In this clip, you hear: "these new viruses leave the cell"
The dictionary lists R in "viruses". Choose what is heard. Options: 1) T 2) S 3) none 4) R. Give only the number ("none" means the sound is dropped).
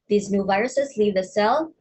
4